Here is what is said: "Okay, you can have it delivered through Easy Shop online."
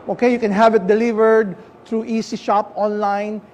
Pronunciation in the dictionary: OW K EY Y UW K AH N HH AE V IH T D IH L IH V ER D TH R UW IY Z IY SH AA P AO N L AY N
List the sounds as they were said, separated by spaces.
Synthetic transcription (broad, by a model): OW K EY Y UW K AH N HH AE V IH T D IH L IH V ER D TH R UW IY S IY SH AA P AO N L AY N